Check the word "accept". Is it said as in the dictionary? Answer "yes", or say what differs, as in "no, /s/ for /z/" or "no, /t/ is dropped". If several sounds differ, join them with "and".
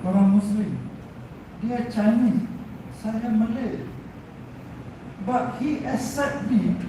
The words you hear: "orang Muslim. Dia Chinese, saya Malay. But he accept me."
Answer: no, /k/ is dropped